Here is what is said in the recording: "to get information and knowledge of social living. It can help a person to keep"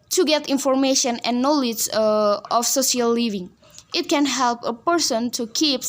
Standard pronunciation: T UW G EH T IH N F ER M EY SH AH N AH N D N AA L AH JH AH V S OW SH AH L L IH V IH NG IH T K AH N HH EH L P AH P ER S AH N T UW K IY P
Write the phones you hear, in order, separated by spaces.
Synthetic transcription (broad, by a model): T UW G EH T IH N F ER M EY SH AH N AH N N AA L AH JH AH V S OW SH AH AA L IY V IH NG IH T K AH N HH EH L P AH P ER S AH N T UW K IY P